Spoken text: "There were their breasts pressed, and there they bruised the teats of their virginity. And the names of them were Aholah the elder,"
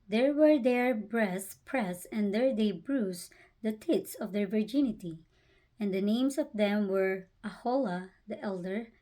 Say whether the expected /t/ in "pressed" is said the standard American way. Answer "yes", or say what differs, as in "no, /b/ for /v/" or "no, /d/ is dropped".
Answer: no, /t/ is dropped